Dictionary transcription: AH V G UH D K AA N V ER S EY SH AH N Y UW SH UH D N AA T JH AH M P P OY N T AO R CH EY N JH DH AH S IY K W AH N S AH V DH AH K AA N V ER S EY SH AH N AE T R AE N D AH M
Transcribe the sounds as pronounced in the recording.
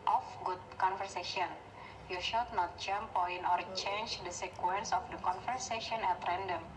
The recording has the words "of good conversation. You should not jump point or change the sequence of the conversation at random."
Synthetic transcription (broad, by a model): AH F G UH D K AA N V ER S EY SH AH N Y UW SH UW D N AA T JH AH M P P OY N AO R CH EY N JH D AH S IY K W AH N S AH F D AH K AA N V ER S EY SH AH N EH T R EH N D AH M